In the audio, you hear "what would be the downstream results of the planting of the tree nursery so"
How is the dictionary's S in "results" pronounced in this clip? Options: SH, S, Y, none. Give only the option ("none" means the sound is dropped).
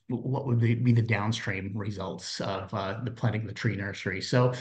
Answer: S